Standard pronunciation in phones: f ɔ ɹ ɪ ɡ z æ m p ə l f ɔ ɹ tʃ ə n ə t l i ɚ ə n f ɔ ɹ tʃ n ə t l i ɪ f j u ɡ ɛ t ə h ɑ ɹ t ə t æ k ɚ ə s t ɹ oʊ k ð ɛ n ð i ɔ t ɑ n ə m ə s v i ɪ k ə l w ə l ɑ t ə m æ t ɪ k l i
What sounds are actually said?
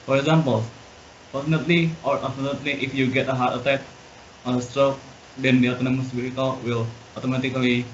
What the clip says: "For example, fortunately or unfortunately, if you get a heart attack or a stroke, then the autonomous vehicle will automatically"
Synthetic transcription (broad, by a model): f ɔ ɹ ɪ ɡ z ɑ m p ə l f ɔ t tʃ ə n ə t l i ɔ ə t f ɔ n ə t l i ɪ f j u ɡ ɛ t ə h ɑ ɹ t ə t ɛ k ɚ ə s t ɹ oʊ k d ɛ n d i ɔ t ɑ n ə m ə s b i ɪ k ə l w ə l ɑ t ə m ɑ t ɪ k l i